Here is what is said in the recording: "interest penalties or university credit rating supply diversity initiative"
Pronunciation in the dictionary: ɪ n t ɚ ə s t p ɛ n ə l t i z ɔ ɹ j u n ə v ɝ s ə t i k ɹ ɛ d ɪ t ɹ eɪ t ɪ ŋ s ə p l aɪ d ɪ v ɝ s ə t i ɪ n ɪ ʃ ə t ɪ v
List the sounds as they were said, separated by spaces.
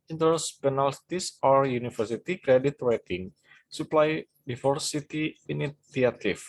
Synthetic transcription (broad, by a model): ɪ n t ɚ s p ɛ n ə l t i s ɔ ɹ j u n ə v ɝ s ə t i k ɹ ɛ d ɪ t w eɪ t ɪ ŋ s ə p l aɪ d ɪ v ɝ s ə t i n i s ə t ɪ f